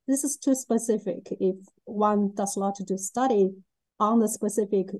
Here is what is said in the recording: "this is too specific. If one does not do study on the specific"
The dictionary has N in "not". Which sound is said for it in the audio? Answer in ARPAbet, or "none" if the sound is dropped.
L